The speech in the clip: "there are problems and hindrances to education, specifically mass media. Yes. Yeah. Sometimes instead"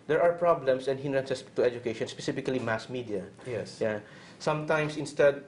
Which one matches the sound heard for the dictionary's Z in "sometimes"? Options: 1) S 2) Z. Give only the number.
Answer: 1